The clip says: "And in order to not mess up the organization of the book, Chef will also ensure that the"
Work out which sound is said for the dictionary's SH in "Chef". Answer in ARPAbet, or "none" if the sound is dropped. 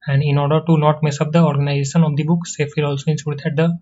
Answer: S